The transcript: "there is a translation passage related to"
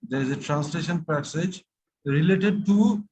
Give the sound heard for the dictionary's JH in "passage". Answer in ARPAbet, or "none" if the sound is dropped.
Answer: JH